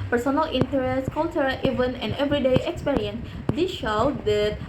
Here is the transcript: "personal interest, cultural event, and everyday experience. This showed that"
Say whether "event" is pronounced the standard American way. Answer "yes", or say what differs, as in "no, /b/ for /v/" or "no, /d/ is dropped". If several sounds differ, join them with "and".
no, /t/ is dropped